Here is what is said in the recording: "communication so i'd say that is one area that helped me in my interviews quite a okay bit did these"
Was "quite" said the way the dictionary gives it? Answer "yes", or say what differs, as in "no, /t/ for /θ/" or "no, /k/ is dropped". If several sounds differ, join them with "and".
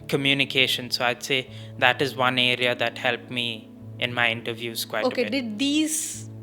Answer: no, /t/ is dropped